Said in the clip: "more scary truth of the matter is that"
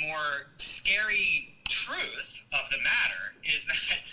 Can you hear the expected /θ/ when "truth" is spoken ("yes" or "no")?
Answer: yes